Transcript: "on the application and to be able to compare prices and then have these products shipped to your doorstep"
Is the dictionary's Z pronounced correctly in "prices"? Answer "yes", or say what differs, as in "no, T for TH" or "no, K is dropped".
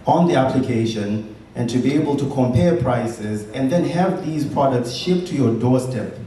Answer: yes